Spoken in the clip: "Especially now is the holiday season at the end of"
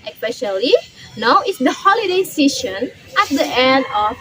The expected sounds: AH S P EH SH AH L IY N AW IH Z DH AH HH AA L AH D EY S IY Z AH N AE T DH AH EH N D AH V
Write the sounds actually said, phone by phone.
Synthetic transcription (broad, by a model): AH S P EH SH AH L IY N AW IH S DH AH HH AA L AH D EY S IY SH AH N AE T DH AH EH N D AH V